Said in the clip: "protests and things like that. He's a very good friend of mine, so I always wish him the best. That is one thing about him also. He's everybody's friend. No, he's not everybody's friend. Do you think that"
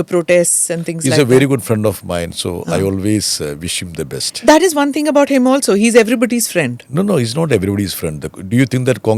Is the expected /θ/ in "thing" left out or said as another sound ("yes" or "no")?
yes